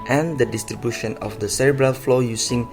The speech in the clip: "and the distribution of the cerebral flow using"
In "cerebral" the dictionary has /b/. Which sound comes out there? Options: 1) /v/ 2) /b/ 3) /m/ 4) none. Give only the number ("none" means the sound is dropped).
2